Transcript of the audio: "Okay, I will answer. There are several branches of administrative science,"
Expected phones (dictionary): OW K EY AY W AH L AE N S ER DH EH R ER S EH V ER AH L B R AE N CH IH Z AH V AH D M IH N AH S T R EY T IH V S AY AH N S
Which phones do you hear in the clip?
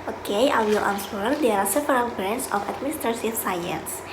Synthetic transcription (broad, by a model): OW K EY AY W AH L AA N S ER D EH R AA S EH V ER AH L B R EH N S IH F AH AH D M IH N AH S T R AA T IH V S AY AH N S